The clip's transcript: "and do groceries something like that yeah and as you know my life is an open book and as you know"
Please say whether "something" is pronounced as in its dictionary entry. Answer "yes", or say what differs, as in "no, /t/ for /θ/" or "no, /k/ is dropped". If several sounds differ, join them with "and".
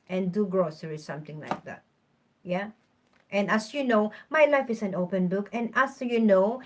no, /t/ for /θ/